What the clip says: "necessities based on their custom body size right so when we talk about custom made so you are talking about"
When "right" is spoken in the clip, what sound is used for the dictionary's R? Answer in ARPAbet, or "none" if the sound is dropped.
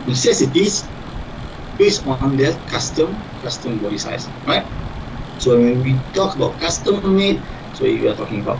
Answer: R